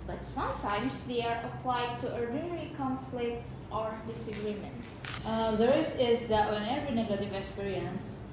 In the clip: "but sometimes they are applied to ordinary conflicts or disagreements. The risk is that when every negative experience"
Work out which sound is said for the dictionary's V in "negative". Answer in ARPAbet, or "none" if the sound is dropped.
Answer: V